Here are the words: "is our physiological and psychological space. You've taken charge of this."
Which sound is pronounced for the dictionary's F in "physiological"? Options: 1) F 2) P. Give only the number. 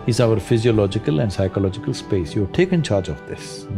1